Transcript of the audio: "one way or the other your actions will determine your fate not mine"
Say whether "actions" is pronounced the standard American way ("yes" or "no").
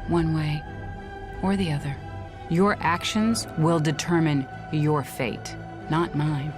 yes